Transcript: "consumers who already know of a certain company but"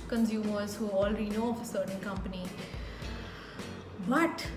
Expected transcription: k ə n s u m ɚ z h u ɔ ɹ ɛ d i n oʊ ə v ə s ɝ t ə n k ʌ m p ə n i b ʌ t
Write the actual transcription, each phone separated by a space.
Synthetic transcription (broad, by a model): k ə n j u m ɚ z h u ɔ l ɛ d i n oʊ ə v ə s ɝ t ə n k ʌ m p ə n i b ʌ t